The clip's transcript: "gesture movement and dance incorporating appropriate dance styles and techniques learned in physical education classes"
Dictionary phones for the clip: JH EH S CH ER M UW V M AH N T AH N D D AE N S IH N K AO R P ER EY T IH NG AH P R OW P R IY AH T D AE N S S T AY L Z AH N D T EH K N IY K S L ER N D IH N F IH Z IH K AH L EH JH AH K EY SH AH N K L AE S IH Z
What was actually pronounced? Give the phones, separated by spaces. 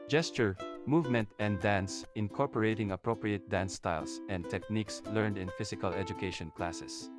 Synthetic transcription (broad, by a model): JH EH S CH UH M UW V M AH N T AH N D D AE N S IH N K AO R P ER EY T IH NG AH P R OW P R IY AH T D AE N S S T AY L S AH N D T EH K N IY K S L ER N D IH N F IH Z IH K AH L EH JH AH K EY SH AH N K L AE S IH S